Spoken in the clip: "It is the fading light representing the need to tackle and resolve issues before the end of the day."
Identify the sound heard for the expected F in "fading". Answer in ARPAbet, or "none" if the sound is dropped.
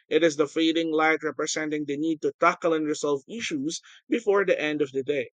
F